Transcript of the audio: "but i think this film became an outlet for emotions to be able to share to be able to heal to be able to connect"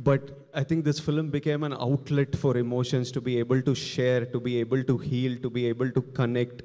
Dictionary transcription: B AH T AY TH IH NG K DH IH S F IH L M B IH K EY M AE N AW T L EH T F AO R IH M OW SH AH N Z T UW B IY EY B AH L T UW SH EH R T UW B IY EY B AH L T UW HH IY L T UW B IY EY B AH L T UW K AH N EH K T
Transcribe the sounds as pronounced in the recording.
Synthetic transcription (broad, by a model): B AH T AY T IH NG K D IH S F IH L M B IH K EY M AE N AW T L EH T F AO R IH M OW SH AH N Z T UW B IY EY B AH L T UW SH EH R T UW B IY EY B AH L T UW HH IY L T UW B IY EY B AH L T UW K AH N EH K T